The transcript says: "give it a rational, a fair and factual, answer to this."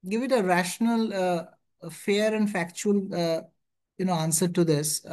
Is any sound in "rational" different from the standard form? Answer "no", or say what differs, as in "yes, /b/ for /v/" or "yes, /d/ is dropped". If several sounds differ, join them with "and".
no